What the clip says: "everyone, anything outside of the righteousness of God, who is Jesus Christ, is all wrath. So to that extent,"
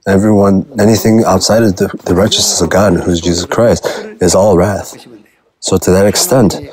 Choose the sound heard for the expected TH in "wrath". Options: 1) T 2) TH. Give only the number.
2